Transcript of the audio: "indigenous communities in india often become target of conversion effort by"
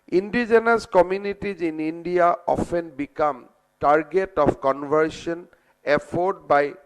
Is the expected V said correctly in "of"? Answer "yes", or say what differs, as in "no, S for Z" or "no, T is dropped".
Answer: no, P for V